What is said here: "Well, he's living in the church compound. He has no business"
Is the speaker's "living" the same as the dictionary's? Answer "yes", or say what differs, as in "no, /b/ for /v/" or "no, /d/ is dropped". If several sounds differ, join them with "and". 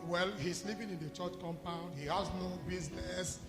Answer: no, /p/ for /v/